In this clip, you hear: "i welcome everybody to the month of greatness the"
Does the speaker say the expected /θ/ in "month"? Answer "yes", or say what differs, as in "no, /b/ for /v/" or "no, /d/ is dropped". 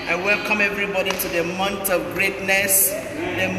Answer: no, /t/ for /θ/